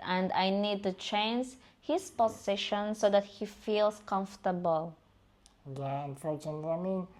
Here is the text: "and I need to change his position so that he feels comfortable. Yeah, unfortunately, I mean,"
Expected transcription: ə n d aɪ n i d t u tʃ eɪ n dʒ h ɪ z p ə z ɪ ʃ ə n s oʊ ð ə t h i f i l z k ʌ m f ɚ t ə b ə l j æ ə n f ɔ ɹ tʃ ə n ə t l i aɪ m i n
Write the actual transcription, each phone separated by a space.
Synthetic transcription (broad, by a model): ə n d aɪ n i d t u tʃ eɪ n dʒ h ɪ s p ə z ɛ ʃ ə n s oʊ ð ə t h i f i l s k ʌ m f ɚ t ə b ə l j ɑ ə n f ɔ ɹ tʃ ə n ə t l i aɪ m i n